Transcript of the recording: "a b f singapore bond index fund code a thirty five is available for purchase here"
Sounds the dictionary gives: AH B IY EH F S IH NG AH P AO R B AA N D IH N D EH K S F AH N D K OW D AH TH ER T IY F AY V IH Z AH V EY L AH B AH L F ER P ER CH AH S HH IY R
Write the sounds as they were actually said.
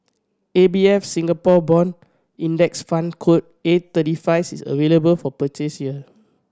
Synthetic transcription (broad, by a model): AH B IY EH F S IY NG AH P AO B AA N IY N D EH K S F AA N K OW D AH T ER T IY F AY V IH S AH V EY L AH B AH L F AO P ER CH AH S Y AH